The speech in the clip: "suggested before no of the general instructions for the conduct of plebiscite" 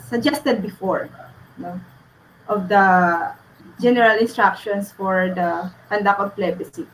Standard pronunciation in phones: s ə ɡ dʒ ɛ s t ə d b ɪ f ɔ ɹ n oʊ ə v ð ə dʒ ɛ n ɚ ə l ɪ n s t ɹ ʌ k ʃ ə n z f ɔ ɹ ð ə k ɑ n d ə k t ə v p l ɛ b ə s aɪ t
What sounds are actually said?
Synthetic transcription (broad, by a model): s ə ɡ dʒ ɛ s t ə d b ɪ f ɔ ɹ n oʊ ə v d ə dʒ ɛ n ɚ ə l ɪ n s t ɹ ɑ k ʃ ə n s f ɔ ɹ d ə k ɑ n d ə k ə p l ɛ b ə s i